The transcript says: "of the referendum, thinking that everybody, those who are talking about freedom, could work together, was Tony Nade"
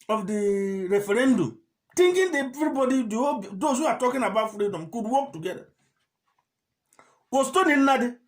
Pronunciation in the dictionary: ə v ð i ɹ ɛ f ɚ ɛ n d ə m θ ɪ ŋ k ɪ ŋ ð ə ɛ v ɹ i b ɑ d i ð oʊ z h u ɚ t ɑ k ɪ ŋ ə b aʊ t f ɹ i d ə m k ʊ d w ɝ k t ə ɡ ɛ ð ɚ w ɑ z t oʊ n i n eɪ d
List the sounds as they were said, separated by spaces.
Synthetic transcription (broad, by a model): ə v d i ɹ ɛ f ɚ ɛ n d ə m t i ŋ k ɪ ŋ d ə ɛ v ɹ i b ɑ d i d oʊ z h u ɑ t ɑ k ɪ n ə b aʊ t f ɹ i d ə m k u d w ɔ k t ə ɡ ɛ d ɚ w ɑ s t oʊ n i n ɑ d